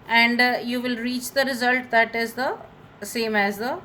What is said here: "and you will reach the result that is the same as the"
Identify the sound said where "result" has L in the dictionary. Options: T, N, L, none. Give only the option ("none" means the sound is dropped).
L